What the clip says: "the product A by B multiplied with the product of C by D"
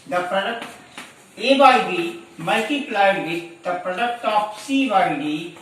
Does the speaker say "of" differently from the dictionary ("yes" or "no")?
yes